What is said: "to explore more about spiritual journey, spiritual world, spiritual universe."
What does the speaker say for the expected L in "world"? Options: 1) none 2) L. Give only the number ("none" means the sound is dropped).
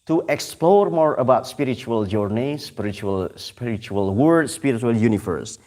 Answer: 1